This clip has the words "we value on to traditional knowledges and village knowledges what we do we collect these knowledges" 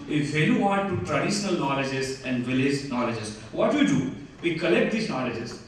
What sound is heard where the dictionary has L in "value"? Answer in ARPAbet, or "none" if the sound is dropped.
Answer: none